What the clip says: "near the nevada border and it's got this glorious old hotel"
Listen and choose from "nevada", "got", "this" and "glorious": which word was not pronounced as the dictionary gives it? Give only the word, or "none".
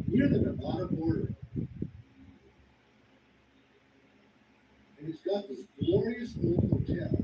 nevada